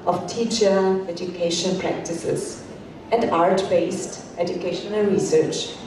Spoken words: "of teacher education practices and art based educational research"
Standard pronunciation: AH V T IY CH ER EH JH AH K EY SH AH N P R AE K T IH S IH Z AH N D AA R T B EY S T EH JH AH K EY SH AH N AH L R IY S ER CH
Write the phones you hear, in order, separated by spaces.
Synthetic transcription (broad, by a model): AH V T IY CH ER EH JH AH K EY SH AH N P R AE K T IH S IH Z AH N D AA R T B EY S T EH JH AH K EY SH AH N AH L R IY S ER CH